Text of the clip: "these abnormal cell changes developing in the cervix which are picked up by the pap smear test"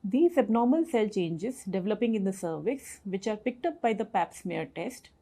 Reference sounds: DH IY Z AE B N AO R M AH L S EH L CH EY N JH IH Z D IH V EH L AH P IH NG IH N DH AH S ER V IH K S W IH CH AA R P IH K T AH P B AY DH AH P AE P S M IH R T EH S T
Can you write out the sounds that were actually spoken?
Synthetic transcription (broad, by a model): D IY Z AE B N AO R M AH L S EH L CH EY N JH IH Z D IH V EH L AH P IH NG IH N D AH S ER V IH S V IH CH AA R P IH K T AH P B AY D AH P AE P S M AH R T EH S T